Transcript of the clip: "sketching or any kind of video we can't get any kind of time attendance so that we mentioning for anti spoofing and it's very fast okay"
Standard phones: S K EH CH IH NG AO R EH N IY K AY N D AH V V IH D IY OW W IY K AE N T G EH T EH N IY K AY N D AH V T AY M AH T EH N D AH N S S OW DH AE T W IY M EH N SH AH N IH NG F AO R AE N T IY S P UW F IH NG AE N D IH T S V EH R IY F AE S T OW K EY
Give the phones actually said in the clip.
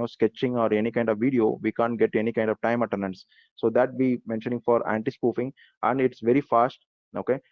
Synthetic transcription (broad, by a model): S K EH CH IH NG AO R EH N IY K AY N D AH V V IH D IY OW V IY K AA N T G EH T EH N IY K AY N D AH V T AY M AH T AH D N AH N S S OW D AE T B IY M EH N SH AH N IH NG F AO R AE N T IY S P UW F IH NG AE N D IH T S V EH R IY F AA S T OW K EY